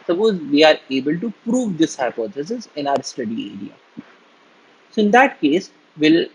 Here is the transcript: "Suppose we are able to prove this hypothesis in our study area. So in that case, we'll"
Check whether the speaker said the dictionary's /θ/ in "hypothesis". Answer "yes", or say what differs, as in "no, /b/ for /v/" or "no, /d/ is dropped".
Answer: no, /s/ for /θ/